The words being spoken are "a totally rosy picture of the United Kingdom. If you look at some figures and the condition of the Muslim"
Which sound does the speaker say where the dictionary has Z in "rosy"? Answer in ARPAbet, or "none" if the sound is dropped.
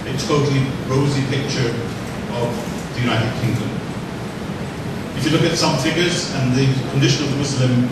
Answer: Z